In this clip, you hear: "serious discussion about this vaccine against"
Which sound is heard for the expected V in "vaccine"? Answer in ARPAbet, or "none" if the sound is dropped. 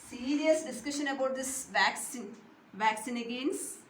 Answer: V